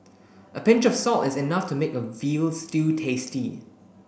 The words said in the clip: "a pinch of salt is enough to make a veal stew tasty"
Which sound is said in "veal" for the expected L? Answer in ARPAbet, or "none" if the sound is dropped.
L